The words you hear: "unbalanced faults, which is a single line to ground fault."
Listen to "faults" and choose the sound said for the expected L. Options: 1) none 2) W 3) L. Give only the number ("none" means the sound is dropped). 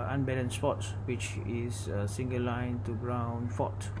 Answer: 1